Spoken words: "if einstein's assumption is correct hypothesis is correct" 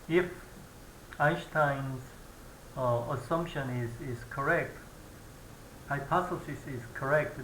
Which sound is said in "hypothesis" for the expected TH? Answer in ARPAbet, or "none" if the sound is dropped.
S